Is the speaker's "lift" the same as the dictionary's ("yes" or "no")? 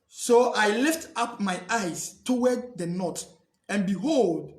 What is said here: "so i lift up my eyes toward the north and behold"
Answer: yes